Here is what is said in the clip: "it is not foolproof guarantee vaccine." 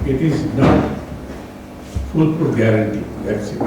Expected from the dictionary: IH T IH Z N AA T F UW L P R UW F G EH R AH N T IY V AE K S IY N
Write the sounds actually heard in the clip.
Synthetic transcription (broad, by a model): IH T IH Z N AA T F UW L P UW G EH R AH N T IY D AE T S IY